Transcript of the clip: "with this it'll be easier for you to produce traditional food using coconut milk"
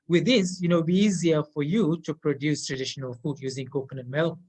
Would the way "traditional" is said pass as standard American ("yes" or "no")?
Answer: yes